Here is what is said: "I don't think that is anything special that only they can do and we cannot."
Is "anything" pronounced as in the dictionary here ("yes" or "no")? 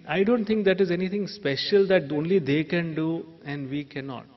no